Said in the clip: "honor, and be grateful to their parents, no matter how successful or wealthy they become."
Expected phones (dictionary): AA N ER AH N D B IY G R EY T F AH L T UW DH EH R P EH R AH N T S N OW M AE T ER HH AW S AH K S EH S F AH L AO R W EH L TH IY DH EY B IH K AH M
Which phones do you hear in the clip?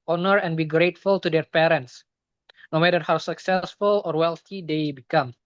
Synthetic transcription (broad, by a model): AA N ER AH N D B IY G R EY T F AH L T UW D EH R P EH R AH N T S N OW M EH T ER HH AW S AH K S EH S F AH L AO R W EH L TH IY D EY B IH K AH M